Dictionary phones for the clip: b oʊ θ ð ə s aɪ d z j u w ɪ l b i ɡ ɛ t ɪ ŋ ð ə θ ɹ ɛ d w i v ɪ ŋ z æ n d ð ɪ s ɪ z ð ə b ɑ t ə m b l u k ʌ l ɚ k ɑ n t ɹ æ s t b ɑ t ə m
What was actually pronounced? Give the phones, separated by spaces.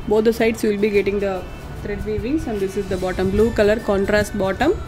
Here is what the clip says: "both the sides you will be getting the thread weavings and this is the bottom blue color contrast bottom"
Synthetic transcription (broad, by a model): b oʊ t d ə s aɪ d s j u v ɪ l b i ɡ ɛ t ɪ ŋ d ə t ɹ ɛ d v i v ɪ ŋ s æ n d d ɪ s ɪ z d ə b ɑ t ə m b l u k ʌ l ɚ k ɑ n t ɹ æ s t b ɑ t ə m